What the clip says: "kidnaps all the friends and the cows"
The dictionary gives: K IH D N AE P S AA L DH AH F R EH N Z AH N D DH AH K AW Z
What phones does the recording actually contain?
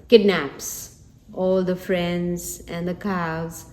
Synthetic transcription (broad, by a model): K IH D N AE P S AA L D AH F R EH N Z AH N D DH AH K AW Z